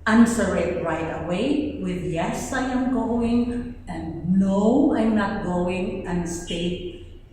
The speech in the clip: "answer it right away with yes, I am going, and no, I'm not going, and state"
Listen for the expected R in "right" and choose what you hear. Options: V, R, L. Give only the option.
R